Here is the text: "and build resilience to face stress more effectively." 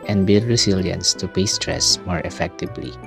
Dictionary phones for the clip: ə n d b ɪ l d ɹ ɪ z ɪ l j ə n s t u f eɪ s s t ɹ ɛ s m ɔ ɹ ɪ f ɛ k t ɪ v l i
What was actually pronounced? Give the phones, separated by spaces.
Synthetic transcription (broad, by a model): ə n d b ɪ l d ɹ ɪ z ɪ l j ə n s t u p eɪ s s t ɹ ɛ s m ɔ ɹ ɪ f ɛ k t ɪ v l i